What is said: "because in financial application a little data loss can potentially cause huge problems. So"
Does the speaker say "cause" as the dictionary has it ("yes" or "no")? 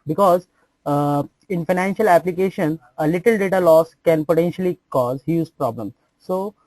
yes